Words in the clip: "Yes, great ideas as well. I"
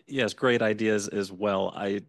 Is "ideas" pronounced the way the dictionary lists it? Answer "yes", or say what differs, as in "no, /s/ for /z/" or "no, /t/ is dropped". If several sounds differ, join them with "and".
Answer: yes